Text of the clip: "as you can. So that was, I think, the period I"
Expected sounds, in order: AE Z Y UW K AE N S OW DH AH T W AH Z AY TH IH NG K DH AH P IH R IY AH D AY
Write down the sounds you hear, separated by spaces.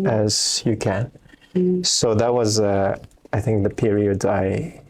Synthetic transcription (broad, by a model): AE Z Y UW K AE N S OW DH AH T W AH Z AY TH IH NG K DH AH P IH R IY AH D AY